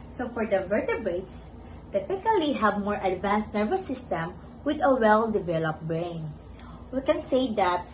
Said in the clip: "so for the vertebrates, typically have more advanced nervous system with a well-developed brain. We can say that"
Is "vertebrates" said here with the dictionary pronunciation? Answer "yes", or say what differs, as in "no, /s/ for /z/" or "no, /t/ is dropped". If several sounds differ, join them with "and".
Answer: no, /ɹ/ is dropped